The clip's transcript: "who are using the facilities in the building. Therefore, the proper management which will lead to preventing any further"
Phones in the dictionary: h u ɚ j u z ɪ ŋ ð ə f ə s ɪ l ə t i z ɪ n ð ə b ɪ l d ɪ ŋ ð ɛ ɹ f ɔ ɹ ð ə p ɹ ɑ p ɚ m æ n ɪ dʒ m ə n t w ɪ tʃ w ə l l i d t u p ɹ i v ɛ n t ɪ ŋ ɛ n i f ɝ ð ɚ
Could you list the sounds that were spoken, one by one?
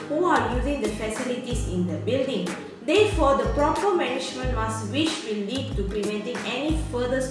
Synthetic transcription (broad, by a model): h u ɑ j u z ɪ ŋ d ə f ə s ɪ l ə t i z ɪ n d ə b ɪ l d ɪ ŋ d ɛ f ɔ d ə p ɹ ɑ p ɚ m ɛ n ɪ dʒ m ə n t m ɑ s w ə w l i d t u p ɹ i v ɛ n t ɪ ŋ ɛ n i f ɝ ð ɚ